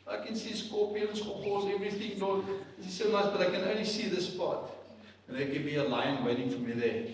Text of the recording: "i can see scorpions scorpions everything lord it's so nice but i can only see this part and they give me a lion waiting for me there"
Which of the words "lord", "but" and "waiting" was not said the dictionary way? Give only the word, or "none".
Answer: lord